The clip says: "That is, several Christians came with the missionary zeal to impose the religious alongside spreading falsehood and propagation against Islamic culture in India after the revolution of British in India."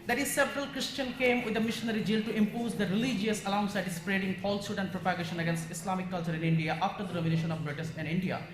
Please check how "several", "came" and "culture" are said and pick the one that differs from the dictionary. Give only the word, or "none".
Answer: none